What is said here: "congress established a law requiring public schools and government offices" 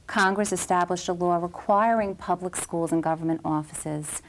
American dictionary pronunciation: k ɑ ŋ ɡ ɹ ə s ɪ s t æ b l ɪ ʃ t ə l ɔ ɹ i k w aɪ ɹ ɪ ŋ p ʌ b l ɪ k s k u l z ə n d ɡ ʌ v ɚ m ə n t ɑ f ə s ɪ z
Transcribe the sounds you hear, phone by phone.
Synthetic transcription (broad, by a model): k ɑ ŋ ɡ ɹ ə s ɪ s t æ b l ɪ ʃ t ə l ɔ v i k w aɪ ɹ ɪ ŋ p ʌ b l ɪ k s k u l z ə n ɡ ʌ v ɚ m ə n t ɑ f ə s ɪ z